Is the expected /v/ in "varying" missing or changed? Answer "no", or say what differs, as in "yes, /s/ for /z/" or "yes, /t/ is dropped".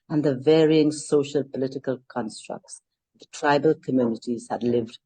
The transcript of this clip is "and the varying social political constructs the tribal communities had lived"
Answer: no